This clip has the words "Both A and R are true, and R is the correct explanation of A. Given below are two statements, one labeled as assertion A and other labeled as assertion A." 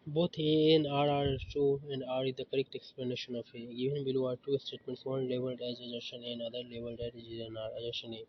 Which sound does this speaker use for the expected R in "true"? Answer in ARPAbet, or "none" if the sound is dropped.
none